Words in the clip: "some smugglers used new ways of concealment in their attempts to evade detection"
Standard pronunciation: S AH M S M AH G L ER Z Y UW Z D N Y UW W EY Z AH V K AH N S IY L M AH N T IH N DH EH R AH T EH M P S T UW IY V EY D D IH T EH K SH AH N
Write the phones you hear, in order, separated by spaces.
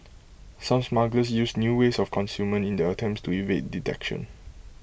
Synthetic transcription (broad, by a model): S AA M S M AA G L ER S Y UW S N Y UW W EY S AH F K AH N S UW M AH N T IH N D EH AH T EH M P S T UW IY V EY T D IH T EH K SH AH N